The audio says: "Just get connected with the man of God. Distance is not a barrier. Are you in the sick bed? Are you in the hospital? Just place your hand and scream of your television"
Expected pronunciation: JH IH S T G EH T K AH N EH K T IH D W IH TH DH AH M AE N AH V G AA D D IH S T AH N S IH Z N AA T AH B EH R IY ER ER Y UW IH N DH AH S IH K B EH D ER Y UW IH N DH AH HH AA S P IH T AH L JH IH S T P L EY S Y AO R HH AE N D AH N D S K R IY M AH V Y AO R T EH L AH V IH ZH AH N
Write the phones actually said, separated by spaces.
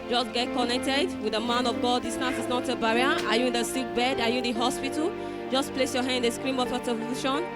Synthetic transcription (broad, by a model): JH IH S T G EH T K AH N EH K T IH D W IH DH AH M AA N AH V G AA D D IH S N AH S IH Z N AA T AH B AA R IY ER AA Y UW IH N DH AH S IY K B EH D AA Y UW IH N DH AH HH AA S P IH T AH L JH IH S P L EY S Y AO HH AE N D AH S K R IY M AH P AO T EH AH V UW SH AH N